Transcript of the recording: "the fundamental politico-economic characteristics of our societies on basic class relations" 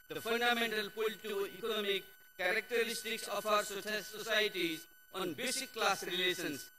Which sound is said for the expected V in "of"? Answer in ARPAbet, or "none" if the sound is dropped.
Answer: F